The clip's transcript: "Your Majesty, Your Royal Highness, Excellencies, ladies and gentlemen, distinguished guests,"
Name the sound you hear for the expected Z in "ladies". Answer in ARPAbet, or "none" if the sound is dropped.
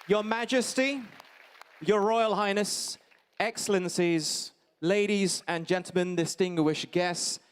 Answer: Z